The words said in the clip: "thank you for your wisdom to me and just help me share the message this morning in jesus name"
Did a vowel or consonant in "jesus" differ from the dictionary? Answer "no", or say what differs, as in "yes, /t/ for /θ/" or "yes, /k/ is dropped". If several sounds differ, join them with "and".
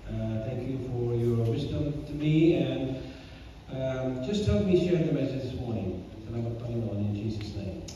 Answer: no